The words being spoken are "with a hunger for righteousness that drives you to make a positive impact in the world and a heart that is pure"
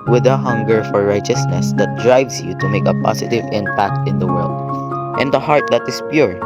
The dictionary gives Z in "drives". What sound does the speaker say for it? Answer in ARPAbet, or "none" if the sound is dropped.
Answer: S